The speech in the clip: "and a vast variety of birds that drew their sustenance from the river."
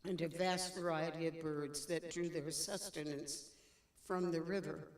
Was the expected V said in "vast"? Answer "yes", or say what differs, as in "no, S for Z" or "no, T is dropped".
yes